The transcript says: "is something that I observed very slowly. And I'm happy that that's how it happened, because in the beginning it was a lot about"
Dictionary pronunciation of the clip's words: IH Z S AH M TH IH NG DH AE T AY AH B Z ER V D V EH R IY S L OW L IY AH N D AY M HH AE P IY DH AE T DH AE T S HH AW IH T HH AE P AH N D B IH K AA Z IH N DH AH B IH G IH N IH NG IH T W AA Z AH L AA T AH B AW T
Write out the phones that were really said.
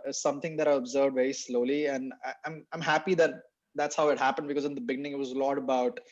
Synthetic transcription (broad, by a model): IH S AH M T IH NG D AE T AY AH B Z ER V D V EH R IY S L OW L IY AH N D AY M HH AE P IY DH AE T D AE T S HH AW IH T HH AE P AH N D B IH K AA Z IH N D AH B IH G IH N IH NG IH T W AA Z AH L AA T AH B AW T